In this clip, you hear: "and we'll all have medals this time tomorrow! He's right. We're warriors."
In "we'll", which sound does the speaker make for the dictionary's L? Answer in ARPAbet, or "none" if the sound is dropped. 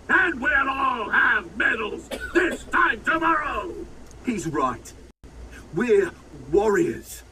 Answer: N